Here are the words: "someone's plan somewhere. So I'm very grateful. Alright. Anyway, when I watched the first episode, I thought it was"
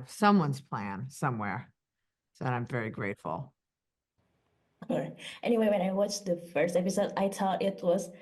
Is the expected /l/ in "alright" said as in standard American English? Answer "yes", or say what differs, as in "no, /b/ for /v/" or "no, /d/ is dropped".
no, /l/ is dropped